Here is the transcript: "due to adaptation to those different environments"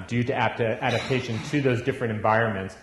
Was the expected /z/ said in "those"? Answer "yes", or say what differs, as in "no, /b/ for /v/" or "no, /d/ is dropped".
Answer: yes